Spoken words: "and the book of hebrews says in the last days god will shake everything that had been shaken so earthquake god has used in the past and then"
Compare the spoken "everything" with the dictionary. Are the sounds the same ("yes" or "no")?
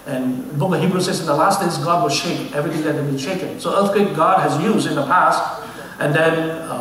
yes